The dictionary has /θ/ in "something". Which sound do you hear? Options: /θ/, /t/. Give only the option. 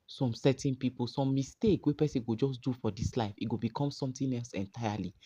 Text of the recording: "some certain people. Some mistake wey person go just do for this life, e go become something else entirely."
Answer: /t/